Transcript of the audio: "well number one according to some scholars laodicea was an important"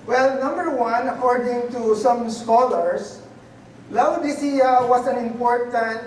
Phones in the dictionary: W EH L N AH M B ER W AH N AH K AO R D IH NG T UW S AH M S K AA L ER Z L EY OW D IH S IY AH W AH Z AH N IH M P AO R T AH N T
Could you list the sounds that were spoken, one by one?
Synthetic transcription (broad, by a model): W EH L N AH M B ER W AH N AH K AO R D IH NG T UW S AH M S K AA L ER S L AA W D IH S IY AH W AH S AH N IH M P AO R T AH N T